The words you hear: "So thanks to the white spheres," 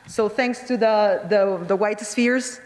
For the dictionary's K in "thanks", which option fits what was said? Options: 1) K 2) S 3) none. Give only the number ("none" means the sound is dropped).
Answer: 1